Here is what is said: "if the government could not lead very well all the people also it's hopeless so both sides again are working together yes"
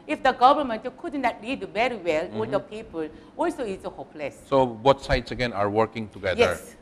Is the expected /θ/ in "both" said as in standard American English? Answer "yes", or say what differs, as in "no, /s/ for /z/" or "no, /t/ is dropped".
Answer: no, /t/ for /θ/